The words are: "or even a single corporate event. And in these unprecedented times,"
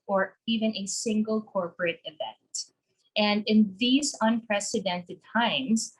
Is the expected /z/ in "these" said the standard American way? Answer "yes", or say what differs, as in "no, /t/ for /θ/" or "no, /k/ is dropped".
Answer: yes